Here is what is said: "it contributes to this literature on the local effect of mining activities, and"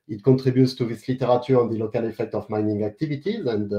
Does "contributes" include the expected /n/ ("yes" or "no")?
no